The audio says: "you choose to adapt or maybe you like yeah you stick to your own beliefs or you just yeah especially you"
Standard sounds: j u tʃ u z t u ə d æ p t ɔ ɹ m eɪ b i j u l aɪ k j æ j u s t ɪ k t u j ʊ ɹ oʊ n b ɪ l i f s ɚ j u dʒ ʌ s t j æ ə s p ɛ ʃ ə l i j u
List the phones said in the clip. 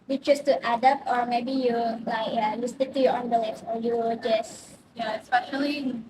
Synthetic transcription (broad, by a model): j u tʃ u s t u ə d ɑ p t ɔ ɹ m eɪ b i j u l aɪ k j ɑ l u s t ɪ t u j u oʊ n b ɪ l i s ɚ j u dʒ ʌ s j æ ə s p ɛ ʃ ə l i